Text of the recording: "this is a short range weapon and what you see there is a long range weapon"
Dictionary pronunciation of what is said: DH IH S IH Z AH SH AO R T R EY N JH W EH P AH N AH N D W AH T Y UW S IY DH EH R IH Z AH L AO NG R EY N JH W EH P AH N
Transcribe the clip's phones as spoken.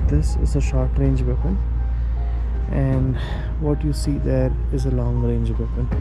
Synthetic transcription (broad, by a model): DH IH S IH Z AH SH AO R T R EY N JH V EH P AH N AH N D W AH T Y UW S IY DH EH R IH Z AH L AO NG R EY N JH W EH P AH N